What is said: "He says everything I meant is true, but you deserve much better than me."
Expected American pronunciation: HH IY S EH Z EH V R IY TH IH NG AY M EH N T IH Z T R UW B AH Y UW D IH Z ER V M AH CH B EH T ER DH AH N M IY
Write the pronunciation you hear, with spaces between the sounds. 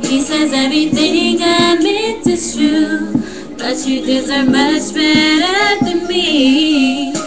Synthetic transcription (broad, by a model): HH IY S EH Z EH V R IY TH IH NG AY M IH T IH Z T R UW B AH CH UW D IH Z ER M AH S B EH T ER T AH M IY